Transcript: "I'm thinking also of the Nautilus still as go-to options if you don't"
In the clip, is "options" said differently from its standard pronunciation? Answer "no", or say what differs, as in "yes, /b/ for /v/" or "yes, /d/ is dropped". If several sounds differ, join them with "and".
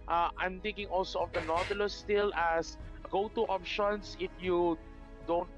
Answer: yes, /s/ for /z/